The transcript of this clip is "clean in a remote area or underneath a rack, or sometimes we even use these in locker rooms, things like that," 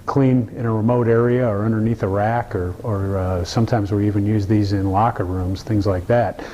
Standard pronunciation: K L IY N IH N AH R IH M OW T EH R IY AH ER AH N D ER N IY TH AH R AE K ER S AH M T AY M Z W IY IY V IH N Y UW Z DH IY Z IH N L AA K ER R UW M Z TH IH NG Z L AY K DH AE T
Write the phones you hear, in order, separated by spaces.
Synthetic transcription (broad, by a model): K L IY N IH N AH R IH M OW T EH R IY AH ER AH N D ER N IY TH AH R AE K ER S AH M T AY M Z W IY IY V IH N Y UW Z DH IY Z IH N L AA K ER R UW M Z TH IH NG Z L AY K DH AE T